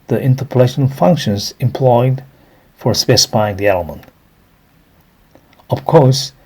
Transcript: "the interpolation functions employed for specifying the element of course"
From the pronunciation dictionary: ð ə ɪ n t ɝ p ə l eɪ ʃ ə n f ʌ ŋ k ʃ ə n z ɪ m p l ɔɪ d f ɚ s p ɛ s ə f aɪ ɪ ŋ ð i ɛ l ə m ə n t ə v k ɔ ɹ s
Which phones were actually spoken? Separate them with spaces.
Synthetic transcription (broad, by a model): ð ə ɪ n t ɝ p ə l eɪ ʃ ə n f ʌ ŋ k ʃ ə n z ɪ m p l ɔɪ d f ɚ s p ɛ s ə f aɪ ɪ ŋ ð i ɛ l ə m ə n t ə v k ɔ ɹ s